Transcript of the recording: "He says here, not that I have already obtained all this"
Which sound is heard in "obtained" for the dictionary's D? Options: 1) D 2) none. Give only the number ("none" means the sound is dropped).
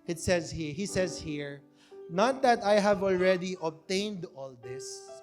1